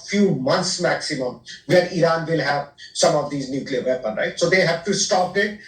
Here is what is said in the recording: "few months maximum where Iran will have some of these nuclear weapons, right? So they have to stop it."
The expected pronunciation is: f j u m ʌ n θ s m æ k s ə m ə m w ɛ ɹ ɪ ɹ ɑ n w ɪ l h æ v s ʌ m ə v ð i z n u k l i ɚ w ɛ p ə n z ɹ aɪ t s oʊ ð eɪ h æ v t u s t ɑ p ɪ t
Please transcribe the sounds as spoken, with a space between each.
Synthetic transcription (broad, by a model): f j u m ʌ n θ s m æ k s ə m ə m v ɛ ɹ ɪ ɹ ɑ n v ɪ l h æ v s ʌ m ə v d i z n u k l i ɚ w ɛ p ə n ɹ aɪ t s oʊ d eɪ h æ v t u s t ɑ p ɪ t